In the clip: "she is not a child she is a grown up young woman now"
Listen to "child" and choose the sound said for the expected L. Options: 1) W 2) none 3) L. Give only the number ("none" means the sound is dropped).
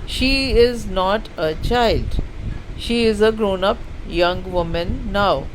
3